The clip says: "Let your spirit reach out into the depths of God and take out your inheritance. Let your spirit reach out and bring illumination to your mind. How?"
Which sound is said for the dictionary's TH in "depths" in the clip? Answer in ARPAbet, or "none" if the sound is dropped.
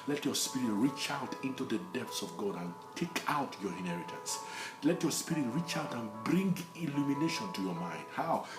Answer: T